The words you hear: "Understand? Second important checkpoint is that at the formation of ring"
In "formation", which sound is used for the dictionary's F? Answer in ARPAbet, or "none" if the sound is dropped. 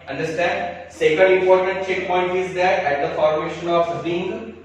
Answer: F